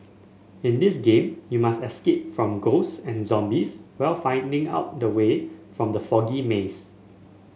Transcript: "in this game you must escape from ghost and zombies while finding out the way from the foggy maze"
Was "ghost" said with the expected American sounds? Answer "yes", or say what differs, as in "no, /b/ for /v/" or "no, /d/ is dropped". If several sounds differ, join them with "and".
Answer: no, /t/ is dropped